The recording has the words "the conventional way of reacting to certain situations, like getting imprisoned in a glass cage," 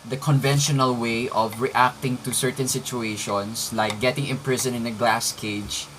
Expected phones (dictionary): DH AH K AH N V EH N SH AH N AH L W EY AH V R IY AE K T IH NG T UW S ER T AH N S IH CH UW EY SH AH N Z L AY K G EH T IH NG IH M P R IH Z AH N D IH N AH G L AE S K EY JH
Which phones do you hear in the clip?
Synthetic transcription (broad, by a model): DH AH K AH N V EH N SH AH N AH L W EY AH V R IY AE K T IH NG T UW S ER T AH N S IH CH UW EY SH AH N S L AY K G EH T IH NG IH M P R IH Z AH N IH N AH G L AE S K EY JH